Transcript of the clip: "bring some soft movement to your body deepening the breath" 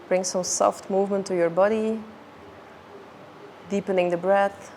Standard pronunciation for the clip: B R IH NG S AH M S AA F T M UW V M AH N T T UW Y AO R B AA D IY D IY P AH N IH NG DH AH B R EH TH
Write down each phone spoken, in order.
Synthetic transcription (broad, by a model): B R IH NG S AH M S AA F T M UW V M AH N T T UW Y AO R B AA D IY D IY P AH N IH NG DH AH B R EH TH